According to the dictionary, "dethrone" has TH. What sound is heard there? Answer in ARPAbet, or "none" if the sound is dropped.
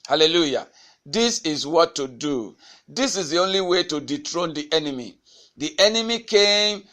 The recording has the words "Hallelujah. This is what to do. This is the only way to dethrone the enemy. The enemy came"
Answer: T